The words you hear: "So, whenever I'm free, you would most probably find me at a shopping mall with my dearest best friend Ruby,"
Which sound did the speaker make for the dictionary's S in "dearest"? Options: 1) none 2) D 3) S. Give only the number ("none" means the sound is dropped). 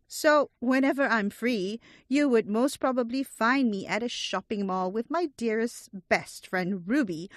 3